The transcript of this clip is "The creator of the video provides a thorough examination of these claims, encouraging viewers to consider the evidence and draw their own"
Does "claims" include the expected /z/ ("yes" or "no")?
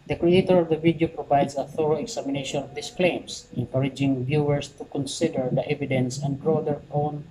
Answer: no